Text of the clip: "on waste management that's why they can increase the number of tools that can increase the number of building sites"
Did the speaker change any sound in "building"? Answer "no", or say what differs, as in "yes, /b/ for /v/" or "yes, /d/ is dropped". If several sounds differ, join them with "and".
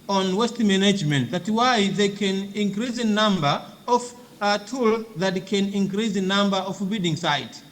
yes, /l/ is dropped